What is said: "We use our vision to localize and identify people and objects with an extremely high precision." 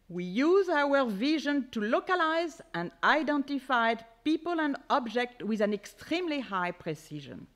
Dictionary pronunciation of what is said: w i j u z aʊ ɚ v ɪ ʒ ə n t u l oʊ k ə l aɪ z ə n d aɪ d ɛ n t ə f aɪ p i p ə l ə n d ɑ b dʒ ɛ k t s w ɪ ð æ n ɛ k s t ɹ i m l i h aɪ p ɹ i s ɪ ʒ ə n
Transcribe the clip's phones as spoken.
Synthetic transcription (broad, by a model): w i j u z aʊ ɚ v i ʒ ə n t u l oʊ k ə l aɪ z ə n d aɪ d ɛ n t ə f aɪ p i p ə l ə n d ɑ b dʒ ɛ k t w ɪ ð æ n ɛ k s t ɹ i m l i h aɪ p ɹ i s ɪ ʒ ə n